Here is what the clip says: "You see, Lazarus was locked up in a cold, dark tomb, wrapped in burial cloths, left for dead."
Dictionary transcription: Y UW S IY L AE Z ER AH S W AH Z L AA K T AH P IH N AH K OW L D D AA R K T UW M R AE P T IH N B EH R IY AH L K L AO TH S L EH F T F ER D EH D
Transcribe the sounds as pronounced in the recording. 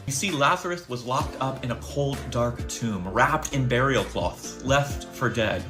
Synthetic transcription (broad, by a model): Y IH S IY L AE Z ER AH TH W AH Z L AA K T AH P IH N AH K OW L D D AA R K T UW M R AE P T IH N B EH R IY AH L K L AO TH L EH F T F ER D EH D